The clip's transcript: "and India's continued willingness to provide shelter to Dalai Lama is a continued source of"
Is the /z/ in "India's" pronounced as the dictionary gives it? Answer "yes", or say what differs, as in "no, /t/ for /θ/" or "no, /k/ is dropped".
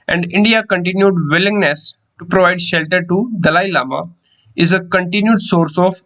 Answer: no, /z/ is dropped